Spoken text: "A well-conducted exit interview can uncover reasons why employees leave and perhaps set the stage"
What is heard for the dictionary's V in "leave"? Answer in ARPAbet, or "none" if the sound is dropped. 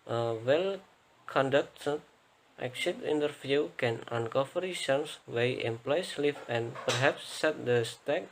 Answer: F